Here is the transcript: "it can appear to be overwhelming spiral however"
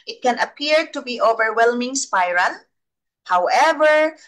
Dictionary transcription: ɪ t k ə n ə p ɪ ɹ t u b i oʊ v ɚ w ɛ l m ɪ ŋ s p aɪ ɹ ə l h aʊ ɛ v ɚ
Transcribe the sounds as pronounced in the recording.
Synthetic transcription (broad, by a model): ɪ t k ə n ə p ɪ ɹ t u b i oʊ v ɚ w ɛ l m ɪ ŋ s p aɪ ɹ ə n h aʊ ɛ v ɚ